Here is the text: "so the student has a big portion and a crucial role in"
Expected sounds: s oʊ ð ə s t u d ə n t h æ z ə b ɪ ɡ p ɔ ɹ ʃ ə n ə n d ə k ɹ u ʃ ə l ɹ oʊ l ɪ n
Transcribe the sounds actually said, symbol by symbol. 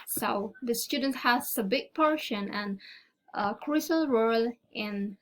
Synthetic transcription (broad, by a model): s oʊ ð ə s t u d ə n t h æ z ə b ɪ ɡ p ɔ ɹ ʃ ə n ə n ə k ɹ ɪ s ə l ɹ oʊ l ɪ n